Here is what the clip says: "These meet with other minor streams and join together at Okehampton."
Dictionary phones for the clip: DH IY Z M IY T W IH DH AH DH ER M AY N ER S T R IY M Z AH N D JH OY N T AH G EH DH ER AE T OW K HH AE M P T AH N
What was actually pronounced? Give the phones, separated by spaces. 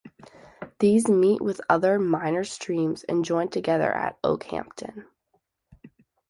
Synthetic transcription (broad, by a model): DH IY Z M IY T W IH DH AH DH ER M AY N ER S T R IY M Z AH N JH OY N T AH G EH DH ER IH T OW K HH AE M P T AH N